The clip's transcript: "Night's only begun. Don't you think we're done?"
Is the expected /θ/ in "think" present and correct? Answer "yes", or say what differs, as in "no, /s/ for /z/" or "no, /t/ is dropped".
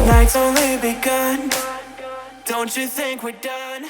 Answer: yes